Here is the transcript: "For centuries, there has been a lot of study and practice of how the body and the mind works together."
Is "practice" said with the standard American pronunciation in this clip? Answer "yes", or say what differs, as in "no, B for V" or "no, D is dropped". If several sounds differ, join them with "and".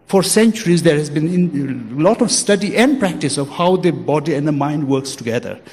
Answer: yes